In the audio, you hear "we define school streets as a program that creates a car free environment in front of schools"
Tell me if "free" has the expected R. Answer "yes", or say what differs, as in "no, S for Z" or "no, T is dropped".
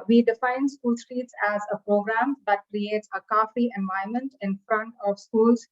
no, R is dropped